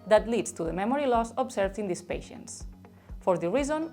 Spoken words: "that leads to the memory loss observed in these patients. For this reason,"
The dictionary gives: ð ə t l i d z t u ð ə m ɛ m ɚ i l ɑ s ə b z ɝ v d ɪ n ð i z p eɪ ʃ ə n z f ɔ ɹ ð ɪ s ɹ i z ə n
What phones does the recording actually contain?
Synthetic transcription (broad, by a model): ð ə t l i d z t u ð ə m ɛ m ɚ i l ɑ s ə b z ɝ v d ɪ n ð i s p eɪ ʃ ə n s f ɔ ɹ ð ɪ ɹ i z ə n